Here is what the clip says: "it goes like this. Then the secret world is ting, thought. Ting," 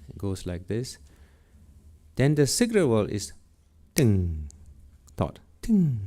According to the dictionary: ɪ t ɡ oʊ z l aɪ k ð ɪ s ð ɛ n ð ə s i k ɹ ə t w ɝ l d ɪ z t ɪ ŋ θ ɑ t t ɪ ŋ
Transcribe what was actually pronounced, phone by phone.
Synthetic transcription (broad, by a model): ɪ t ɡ oʊ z l aɪ k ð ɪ s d ɛ n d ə s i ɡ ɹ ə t w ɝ l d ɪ s t ɪ ŋ t ɑ t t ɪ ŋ